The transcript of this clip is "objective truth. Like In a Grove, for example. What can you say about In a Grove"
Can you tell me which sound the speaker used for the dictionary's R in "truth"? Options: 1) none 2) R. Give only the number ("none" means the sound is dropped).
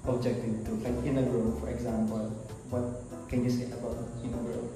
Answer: 1